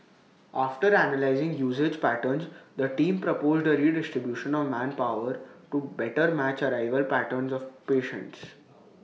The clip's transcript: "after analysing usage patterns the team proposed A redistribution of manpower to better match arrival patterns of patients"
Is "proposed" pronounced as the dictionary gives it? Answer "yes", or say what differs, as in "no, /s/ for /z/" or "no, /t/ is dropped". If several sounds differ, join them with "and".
yes